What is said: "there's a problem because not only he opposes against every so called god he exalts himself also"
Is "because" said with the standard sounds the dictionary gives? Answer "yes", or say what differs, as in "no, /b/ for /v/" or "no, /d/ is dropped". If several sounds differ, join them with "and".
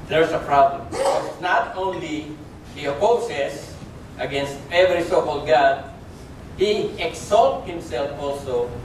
no, /s/ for /z/